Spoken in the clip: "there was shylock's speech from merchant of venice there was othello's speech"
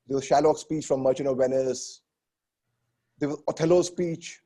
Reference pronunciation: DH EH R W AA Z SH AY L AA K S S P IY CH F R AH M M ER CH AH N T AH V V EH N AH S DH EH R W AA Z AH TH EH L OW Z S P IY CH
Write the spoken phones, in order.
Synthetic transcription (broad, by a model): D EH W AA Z SH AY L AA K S S P IY CH F R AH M M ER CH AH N AH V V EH N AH S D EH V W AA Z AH T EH L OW S P IY CH